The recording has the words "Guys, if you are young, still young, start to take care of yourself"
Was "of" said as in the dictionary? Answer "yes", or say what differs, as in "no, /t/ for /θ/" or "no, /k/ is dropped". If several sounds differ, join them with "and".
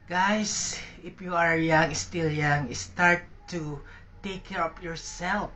no, /p/ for /v/